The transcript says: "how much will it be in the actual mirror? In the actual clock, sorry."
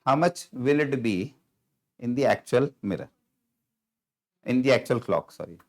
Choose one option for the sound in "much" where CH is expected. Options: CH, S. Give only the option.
CH